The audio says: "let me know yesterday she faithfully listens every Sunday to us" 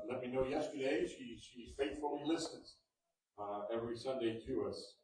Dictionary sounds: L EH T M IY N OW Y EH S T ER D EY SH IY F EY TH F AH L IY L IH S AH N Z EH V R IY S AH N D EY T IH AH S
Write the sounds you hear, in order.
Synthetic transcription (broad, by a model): L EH T M IY N OW Y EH S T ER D EY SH IY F EY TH F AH L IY L IH S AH Z EH V R IY S AH N D EY T IH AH S